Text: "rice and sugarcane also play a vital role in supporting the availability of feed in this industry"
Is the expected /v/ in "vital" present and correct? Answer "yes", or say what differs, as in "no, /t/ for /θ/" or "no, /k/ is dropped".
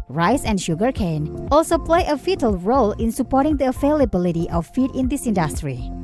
no, /f/ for /v/